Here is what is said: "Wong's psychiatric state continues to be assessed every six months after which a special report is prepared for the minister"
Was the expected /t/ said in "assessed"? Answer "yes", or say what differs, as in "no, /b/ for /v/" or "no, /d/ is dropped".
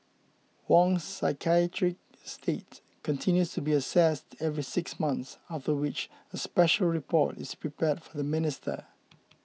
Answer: yes